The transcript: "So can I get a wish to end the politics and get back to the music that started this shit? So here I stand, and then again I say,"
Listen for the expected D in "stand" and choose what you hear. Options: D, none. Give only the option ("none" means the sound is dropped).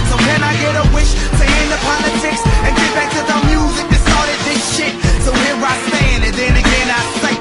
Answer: none